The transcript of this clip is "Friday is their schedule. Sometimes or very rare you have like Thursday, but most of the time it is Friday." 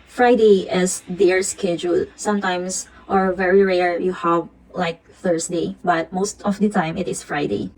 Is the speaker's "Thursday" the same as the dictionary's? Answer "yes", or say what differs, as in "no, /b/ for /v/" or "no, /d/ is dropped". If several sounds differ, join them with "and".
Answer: no, /s/ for /z/